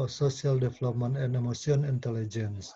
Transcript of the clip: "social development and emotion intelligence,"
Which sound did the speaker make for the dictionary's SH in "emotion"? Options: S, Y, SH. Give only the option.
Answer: S